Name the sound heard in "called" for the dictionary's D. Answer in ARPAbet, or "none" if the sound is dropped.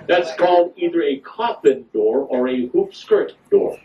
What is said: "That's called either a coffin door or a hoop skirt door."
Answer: D